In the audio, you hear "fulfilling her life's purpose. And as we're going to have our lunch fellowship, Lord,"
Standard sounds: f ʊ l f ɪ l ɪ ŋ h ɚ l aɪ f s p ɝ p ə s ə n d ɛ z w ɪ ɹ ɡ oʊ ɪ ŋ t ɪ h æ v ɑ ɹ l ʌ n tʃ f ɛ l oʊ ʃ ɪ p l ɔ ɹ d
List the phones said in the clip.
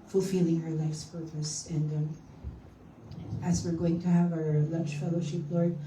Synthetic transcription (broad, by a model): f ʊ l f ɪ l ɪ ŋ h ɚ l aɪ f s p ɝ p ə s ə n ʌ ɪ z w ɪ ɹ ɡ oʊ ɪ ŋ t ɪ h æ v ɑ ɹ l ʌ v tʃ f ɛ l oʊ ʃ ɪ p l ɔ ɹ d